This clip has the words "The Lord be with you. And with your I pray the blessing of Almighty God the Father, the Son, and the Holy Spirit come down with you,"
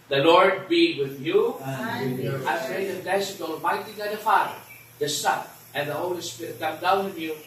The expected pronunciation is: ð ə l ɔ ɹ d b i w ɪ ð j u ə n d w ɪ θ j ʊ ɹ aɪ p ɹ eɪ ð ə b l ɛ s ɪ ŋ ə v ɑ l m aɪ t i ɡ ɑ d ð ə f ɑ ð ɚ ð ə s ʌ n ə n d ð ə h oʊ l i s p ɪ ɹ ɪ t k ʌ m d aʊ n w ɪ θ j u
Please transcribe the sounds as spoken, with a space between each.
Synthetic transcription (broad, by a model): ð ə l ɔ ɹ d b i w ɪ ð j u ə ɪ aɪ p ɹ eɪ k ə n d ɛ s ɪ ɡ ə b ɑ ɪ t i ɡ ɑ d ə f ɑ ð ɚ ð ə s ʌ n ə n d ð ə h oʊ l i s p ɪ ɹ ɪ t k ʌ m d aʊ n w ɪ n j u